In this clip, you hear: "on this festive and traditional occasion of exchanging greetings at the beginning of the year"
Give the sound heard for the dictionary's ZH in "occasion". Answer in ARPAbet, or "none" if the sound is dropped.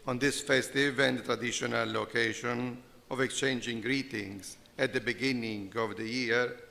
SH